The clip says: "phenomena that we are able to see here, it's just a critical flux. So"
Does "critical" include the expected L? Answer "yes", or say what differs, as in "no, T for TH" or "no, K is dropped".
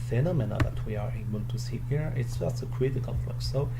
no, N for L